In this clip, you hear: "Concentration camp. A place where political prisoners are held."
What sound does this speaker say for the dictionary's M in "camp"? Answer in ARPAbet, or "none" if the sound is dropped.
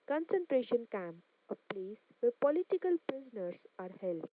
M